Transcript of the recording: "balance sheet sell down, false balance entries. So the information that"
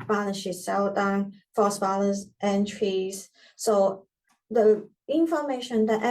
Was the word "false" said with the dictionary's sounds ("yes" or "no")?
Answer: no